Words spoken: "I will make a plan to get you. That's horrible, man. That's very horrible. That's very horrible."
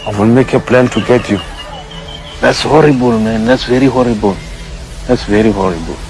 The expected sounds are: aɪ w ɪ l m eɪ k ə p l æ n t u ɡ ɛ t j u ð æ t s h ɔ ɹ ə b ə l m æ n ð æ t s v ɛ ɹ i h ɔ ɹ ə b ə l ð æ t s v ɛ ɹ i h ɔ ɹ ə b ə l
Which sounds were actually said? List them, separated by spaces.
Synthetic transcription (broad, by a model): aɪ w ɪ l m eɪ k ə p l æ n t u ɡ ɛ t j u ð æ t s h ɔ ɹ ə b ə l m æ n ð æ t s v ɛ ɹ i h ɔ ɹ ə b ə l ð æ t s v ɛ ɹ i h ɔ ɹ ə b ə l